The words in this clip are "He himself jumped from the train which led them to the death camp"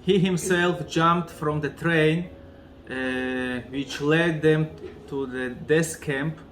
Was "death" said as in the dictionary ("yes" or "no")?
no